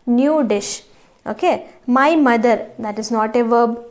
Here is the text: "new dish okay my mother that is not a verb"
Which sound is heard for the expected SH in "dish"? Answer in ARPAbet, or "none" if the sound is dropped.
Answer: SH